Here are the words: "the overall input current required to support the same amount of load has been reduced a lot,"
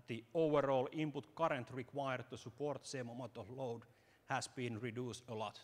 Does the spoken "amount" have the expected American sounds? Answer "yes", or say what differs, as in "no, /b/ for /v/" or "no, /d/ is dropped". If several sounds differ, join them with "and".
no, /n/ is dropped